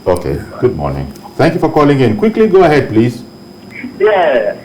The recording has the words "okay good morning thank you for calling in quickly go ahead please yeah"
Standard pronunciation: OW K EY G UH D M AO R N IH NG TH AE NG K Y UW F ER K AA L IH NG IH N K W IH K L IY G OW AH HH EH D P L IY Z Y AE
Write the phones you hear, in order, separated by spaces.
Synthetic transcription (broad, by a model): OW K EY G UH D M AO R N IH NG T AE NG K Y UW F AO K AA L IH NG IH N K W IH K L IY G OW AH HH EH D P L IY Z Y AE